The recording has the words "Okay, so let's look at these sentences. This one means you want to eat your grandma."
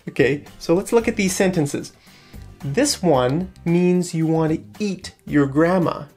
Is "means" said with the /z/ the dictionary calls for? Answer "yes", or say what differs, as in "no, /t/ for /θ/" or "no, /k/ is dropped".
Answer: yes